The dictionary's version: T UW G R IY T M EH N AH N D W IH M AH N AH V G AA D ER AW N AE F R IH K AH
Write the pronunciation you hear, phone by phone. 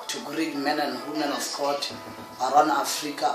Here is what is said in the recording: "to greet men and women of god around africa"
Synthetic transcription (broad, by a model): T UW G R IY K M EH N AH N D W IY M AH N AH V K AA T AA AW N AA F R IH K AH